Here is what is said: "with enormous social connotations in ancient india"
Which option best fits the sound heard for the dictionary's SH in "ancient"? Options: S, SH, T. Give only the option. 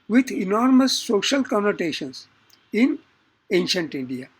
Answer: SH